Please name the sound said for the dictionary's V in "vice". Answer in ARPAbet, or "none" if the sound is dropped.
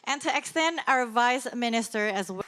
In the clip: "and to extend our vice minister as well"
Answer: V